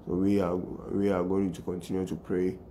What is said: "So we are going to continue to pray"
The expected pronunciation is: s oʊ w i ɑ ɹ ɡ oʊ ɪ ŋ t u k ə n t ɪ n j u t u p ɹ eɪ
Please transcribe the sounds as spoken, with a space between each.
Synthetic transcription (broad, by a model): s oʊ w i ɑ w ɡ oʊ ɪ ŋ t u k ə n t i n j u t u p ɹ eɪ